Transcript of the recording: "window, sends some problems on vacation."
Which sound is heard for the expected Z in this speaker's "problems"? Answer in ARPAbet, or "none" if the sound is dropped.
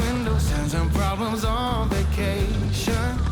Z